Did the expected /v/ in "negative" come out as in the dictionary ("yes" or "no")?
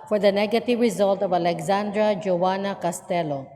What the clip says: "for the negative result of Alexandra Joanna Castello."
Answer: yes